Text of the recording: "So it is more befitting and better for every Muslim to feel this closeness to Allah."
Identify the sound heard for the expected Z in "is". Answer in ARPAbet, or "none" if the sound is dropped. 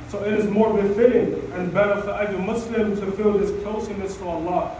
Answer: Z